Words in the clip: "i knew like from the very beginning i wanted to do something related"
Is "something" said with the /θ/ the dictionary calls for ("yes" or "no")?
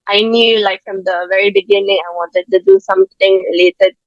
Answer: no